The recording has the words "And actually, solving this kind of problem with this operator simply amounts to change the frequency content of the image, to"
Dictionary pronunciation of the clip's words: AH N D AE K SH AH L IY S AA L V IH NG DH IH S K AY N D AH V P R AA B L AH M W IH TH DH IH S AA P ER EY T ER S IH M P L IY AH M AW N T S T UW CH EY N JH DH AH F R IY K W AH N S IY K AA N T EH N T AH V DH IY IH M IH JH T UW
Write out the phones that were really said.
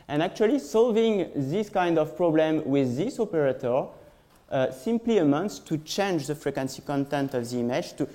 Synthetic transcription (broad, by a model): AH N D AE K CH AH L IY S AA L V IH NG DH IH S K AY N D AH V P R AA B L AH M W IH DH IH S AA P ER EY T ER S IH M P L IY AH M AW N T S T UW CH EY N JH DH AH F R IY K W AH N S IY K AA N T EH N T AH V DH IY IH M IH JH T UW